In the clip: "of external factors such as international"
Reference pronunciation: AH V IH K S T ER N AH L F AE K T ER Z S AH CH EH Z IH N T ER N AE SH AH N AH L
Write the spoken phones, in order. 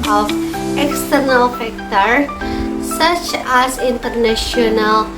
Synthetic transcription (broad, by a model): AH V IH K S T ER N AH L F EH K T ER S AH CH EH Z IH N T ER N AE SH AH N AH L